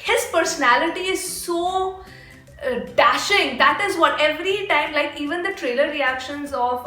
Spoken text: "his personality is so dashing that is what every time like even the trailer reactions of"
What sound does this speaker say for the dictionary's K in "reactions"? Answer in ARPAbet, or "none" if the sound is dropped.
K